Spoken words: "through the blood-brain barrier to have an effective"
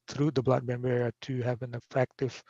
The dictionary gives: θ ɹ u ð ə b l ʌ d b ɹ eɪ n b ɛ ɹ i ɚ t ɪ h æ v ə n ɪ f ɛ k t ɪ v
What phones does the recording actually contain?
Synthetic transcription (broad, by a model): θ ɹ u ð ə b l ʌ d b eɪ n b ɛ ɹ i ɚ t ɪ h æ v ə n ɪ f ɛ k t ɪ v